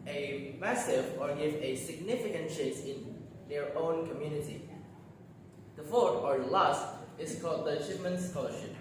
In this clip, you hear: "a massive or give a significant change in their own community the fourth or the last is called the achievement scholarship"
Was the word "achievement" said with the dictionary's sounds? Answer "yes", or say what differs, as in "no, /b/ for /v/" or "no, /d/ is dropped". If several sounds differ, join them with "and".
no, /p/ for /v/